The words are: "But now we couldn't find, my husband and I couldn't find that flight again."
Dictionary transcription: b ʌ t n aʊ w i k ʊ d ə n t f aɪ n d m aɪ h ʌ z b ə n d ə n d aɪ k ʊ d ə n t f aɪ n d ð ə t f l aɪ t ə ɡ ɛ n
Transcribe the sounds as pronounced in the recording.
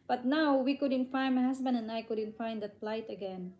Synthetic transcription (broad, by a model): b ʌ t n aʊ w i k ʊ d ə n t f aɪ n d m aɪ h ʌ s b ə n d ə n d aɪ k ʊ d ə n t f aɪ n d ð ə t p l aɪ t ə ɡ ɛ n